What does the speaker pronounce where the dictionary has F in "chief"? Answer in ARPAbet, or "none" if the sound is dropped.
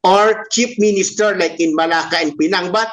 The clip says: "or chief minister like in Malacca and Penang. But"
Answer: P